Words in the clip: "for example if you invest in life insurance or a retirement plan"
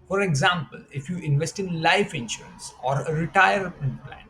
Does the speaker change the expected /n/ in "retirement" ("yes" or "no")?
yes